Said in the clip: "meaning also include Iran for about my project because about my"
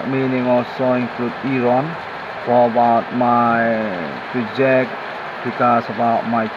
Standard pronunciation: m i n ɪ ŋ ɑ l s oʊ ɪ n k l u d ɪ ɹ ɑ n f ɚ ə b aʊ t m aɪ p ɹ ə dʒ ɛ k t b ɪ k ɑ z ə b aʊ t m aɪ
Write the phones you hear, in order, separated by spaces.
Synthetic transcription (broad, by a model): m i n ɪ ŋ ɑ s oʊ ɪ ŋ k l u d ɪ ɹ ɑ n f ə b aʊ t m aɪ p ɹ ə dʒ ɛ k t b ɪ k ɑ s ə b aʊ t m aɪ